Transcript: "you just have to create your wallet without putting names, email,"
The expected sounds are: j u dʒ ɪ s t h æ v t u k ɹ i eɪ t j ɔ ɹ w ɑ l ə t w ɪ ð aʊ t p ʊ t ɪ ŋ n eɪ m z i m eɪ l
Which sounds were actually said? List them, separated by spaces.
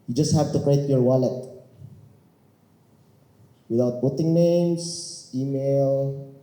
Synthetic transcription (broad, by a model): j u dʒ ɪ s t h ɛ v t u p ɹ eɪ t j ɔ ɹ w ɑ l ə t w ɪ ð aʊ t b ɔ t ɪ ŋ n eɪ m s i m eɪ l